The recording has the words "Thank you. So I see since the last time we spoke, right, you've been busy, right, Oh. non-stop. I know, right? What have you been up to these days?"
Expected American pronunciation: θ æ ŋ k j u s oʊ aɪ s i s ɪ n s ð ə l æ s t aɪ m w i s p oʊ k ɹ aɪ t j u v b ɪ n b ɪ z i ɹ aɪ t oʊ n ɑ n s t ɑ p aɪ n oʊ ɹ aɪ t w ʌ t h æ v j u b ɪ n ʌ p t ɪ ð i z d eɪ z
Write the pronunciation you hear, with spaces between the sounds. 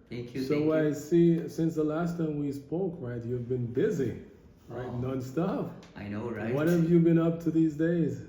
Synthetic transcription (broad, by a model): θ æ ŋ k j s oʊ aɪ s i s ɪ n s ð ə l æ s t aɪ m w i s p oʊ k ɹ aɪ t j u v b ɪ n b ɪ z i ɹ aɪ t n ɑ n s t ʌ f aɪ n oʊ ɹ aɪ w ʌ t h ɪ v j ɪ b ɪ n ʌ p t ɪ ð i z d eɪ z